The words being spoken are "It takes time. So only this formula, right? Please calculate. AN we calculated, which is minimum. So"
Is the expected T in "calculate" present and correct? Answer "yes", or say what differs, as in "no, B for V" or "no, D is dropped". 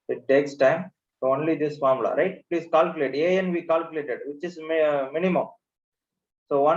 no, T is dropped